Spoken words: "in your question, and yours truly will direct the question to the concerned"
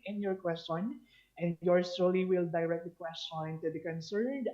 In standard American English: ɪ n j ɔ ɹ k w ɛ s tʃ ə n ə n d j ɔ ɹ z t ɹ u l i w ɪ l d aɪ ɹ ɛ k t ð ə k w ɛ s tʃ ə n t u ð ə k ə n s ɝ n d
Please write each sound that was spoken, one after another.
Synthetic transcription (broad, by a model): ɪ n j ɔ ɹ k w ɛ s tʃ ə n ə n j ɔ ɹ s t ɔ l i w ɪ l d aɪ ɹ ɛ k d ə k w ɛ s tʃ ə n t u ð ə k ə n s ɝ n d